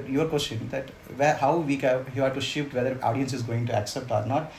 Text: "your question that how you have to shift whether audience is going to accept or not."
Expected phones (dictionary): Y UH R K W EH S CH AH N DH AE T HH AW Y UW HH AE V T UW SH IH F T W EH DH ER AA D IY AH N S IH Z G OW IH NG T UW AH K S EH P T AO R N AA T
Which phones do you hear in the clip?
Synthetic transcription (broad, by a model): Y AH R K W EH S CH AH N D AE T HH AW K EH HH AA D T UW SH IH F T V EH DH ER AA D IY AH N S IH Z G OW IH NG T UW AH K S EH P T AO R N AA T